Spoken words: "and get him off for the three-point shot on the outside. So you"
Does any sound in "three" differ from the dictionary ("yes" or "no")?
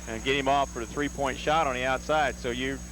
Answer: no